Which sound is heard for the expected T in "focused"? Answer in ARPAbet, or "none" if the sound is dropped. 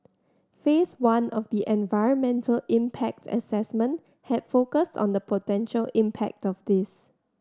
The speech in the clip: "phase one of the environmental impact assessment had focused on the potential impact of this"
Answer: T